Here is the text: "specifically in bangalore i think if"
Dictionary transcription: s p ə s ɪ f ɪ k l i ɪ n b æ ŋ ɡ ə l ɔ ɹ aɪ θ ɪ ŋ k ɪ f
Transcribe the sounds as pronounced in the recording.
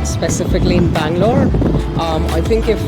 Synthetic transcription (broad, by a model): s p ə s ɪ f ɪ k l i ɪ n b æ ŋ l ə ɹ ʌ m aɪ θ ɪ ŋ k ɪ f